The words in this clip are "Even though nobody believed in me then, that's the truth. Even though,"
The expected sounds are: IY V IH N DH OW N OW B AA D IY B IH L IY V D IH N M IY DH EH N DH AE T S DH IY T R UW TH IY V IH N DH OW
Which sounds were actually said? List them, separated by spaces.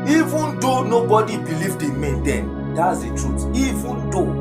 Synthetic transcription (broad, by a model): IY V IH N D OW N OW B AA D IY B IH L IY V D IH M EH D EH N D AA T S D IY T R UW T IY V IH N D OW